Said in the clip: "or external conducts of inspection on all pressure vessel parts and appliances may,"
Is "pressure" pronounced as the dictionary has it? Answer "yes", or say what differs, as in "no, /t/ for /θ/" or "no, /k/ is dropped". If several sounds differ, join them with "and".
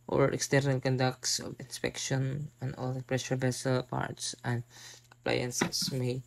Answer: yes